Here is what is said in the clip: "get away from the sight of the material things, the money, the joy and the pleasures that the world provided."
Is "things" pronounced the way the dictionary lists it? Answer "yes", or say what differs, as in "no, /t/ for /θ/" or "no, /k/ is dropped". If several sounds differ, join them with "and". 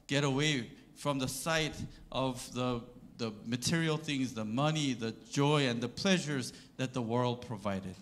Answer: yes